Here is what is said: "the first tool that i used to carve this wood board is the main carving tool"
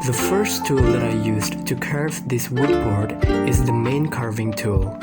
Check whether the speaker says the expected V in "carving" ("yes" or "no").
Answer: yes